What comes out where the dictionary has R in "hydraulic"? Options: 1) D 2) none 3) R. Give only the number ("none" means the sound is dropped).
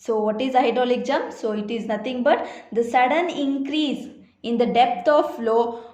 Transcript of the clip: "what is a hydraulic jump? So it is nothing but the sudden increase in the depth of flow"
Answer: 2